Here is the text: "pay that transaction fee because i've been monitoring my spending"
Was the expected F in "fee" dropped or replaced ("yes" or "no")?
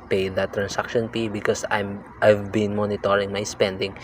yes